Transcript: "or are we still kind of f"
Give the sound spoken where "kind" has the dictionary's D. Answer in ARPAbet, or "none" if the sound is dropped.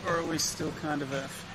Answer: D